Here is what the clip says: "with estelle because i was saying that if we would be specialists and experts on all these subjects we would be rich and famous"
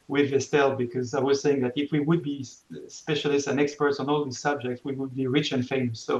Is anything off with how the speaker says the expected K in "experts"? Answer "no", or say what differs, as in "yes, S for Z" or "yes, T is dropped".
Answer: no